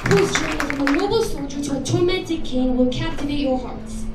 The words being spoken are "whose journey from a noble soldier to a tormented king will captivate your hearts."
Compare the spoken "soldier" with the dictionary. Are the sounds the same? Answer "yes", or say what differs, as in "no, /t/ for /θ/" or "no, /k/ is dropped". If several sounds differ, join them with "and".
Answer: yes